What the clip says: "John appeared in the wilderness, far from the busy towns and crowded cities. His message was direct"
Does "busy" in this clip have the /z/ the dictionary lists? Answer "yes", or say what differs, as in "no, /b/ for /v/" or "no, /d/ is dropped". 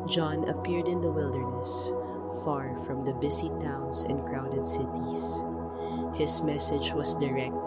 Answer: no, /s/ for /z/